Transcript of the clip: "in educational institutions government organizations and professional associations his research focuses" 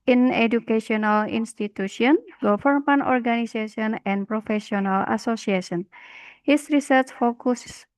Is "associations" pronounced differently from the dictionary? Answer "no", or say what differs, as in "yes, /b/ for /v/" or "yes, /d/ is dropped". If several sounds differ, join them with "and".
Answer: yes, /z/ is dropped